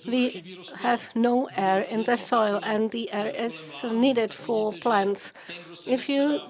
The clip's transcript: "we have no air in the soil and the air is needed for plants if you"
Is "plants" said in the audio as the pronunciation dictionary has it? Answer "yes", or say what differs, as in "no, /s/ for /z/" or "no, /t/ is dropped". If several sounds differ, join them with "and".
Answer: yes